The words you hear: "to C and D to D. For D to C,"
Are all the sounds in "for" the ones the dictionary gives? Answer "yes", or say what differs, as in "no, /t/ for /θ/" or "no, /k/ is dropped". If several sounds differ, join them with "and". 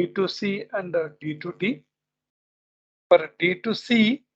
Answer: no, /p/ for /f/